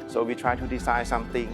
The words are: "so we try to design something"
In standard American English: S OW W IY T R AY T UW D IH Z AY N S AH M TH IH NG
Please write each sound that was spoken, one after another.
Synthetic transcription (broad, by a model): S OW W IY T R AY T UW D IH S AY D S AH M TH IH NG